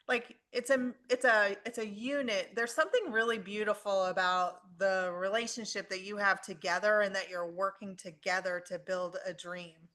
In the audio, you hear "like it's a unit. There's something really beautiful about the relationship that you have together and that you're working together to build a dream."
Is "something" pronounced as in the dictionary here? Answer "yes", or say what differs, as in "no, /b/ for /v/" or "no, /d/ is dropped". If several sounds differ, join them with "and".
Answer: yes